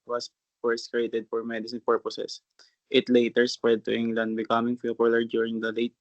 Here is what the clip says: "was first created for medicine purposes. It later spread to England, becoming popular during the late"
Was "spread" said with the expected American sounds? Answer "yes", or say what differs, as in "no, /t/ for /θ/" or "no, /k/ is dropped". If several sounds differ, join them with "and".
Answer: yes